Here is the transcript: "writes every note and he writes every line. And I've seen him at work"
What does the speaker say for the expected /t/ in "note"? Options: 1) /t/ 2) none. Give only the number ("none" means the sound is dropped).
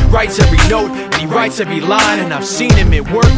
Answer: 1